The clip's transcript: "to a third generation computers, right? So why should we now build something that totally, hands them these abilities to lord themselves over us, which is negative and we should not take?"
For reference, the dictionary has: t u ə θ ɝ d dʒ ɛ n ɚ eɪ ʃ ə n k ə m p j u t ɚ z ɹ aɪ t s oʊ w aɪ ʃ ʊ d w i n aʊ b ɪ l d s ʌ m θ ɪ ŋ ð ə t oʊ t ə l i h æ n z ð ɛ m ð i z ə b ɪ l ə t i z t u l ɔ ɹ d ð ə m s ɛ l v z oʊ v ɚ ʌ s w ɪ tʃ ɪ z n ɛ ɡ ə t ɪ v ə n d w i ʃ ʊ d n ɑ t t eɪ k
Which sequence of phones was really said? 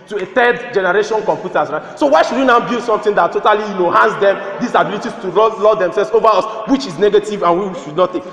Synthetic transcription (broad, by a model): t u ə t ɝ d dʒ ɛ n ɚ eɪ ʃ ə n k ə m p j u t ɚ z ɹ aɪ t s oʊ w aɪ ʃ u d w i n aʊ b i s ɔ m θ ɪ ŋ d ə t oʊ t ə l i h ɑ n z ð ɛ m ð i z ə b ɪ l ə t i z t u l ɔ l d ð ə m s ɛ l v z oʊ v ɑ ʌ s w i tʃ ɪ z n ɛ ɡ ə t ɪ v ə n w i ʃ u d n ɑ t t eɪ k